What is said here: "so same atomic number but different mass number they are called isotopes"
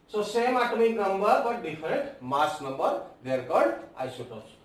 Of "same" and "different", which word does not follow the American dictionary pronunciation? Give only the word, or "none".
different